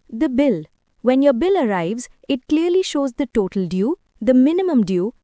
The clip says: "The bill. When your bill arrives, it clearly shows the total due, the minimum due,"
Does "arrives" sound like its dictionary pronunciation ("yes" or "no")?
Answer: yes